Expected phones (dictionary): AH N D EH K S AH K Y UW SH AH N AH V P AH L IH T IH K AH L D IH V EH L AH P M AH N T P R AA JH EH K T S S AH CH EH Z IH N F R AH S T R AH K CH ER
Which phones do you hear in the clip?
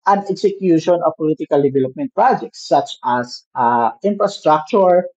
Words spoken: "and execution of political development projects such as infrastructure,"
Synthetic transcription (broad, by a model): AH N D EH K S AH K Y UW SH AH N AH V P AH L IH T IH K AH L D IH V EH L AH P M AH N T P R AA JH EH K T S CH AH S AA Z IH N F R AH S T R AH K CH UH